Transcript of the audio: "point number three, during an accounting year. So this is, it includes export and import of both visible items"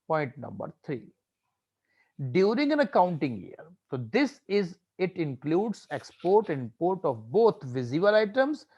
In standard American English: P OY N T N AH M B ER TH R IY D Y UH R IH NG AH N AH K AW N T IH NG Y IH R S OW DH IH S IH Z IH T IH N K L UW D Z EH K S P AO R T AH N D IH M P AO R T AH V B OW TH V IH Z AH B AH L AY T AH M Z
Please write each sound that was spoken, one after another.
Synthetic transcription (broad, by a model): P OY N T N AH M B ER T R IY D Y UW R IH NG AH N AH K AW N T IH NG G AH R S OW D IH S IH Z IH T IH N K L UW D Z EH K S P AO R T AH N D P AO R T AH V B OW T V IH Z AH AH L AY T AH M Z